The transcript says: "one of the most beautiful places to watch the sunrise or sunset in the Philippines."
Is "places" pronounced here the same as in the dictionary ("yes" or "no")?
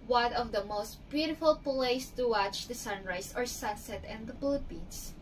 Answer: no